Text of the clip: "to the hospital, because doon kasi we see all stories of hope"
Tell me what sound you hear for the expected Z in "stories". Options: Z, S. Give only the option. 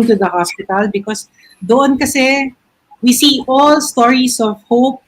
S